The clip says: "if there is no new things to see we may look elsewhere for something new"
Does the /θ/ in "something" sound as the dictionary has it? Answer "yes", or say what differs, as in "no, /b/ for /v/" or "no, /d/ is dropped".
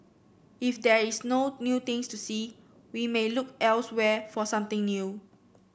no, /t/ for /θ/